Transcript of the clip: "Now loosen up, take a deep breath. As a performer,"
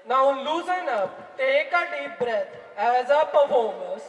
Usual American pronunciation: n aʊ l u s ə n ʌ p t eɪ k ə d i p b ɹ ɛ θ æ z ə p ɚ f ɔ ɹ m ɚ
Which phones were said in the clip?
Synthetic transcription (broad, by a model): n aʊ l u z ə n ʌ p t eɪ k ə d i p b ɹ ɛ t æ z ə p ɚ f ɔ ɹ m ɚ